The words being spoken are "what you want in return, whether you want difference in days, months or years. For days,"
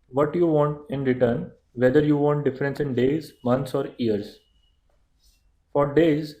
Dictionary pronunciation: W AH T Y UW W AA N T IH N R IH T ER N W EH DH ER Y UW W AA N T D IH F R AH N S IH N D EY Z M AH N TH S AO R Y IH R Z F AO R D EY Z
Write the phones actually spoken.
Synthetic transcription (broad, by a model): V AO T Y UW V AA N T IH N R IH T ER N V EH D ER Y UW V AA N T D IH F R AH N S IH N D EY Z M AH N T S AO R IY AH R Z F AO R D EY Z